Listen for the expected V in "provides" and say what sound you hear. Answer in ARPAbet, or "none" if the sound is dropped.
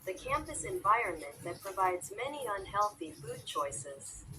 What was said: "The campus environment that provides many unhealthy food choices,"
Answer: V